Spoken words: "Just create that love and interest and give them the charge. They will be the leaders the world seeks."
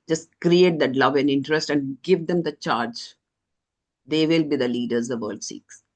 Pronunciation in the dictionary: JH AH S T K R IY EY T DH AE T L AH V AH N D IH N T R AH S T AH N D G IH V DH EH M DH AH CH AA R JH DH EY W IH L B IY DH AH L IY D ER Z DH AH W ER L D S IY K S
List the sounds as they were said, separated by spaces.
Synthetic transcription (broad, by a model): JH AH S T K R IY EY T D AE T L AH V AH N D IH N T R AH S T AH N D G IH V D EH M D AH CH AA R JH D EY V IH L B IY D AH L IY D ER Z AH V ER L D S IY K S